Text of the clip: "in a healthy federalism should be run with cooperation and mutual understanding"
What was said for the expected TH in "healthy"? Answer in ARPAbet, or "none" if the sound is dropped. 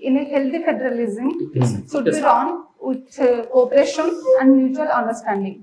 T